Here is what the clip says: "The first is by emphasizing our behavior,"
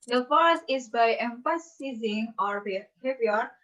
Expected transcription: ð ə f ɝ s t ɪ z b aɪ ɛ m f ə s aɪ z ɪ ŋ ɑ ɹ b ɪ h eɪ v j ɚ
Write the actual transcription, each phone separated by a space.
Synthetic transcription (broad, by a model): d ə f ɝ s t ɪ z b aɪ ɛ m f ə s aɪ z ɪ ŋ ɑ ɹ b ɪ h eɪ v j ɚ